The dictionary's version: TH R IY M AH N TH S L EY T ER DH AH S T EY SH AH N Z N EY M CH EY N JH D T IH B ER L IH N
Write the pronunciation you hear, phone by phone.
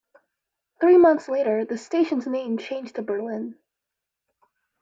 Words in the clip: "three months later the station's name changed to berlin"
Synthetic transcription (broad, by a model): TH R IY M AH N TH S L EY T ER DH AH S T EY SH AH N Z N EY M CH EY N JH T IH B ER L IH N